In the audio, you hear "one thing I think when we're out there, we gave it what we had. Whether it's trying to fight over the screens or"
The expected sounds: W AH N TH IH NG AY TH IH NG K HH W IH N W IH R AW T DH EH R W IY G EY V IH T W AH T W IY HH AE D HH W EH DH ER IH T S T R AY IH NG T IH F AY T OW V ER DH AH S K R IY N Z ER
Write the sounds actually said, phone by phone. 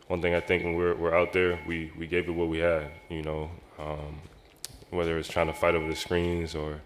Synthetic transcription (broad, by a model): W AH N TH IH NG AY TH IH NG K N W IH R W IH R AW T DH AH R W IY G EY V IH T W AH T W IY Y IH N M W EH DH ER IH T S T R AY IH NG T IH F AY T OW V ER DH AH S K R IY N Z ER